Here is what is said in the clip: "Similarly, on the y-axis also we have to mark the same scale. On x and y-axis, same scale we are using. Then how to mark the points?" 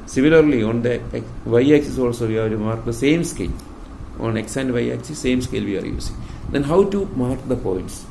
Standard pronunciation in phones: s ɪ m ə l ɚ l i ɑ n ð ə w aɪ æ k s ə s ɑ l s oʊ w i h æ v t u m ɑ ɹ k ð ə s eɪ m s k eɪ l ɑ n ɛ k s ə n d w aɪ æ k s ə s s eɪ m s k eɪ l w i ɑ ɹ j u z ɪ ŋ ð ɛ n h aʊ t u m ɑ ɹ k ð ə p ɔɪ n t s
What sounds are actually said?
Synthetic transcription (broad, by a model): s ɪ m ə l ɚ l i ɑ n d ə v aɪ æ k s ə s ɑ l s oʊ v i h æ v t u m ɑ ɹ k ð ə s eɪ m s k eɪ l ɑ n ɛ k s ə n d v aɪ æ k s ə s s eɪ m s k eɪ l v i ɑ ɹ j u s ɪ ŋ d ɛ n h aʊ t u m ɑ ɹ k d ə p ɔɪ n t s